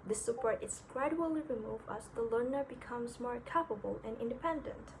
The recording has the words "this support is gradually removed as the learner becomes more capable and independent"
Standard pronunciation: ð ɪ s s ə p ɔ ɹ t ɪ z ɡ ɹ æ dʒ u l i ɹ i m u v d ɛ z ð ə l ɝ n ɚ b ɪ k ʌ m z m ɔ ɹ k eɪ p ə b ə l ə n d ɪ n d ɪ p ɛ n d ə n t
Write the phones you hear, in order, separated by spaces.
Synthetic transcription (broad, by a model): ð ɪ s s ə p ɔ ɹ t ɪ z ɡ ɹ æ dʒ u l i ɹ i m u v ʌ s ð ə l ɝ n ɚ b ɪ k ʌ m z m ɔ ɹ k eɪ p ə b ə l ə n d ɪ n d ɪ p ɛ n d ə n t